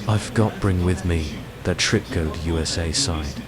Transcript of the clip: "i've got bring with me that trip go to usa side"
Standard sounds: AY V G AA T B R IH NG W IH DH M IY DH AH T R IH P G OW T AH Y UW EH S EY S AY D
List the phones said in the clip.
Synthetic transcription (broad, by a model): AY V G AA T B R IH NG W IH DH M IY DH AH T R IH P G OW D Y UW EH S EY S AY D